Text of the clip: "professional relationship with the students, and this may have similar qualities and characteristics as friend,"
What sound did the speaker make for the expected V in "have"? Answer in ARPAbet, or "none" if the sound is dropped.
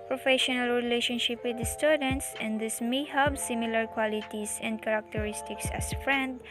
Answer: B